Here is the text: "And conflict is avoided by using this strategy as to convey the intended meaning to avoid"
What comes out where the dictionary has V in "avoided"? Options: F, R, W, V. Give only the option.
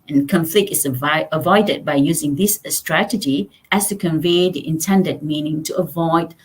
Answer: V